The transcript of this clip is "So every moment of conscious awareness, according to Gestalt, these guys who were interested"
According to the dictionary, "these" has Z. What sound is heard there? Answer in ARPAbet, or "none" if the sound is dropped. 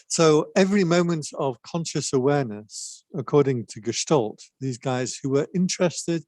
Z